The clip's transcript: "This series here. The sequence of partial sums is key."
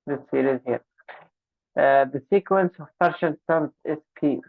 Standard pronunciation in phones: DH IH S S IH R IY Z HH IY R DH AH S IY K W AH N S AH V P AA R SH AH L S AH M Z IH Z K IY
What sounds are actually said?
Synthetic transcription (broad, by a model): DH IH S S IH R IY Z HH IY R DH AH S IY K W AH N S AH V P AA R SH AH N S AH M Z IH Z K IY